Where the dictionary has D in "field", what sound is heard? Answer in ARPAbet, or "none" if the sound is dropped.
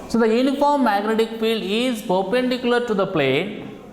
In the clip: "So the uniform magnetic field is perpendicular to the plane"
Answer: D